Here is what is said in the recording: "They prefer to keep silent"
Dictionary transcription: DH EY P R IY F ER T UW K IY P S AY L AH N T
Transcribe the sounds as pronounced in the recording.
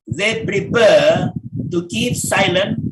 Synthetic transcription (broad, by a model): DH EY P R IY P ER T UW K IY P S AY L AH N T